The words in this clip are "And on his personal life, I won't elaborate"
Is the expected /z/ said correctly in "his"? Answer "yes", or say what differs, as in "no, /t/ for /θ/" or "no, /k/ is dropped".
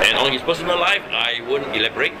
no, /s/ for /z/